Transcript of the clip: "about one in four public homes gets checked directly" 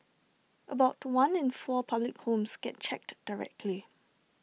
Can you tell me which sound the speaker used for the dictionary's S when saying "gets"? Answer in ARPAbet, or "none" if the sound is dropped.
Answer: none